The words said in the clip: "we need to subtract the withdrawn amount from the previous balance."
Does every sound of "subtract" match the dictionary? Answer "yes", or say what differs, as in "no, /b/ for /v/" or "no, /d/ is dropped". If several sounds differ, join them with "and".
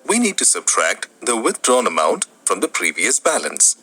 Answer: yes